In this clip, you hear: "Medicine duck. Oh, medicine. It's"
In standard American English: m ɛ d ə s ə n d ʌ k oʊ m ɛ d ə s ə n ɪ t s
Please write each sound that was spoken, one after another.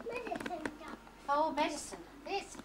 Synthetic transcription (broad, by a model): m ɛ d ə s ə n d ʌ oʊ m ɛ d ə s ə n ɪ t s